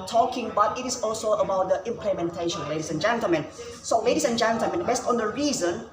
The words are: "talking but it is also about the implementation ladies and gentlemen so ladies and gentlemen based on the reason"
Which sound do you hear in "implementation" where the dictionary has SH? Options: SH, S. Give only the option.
SH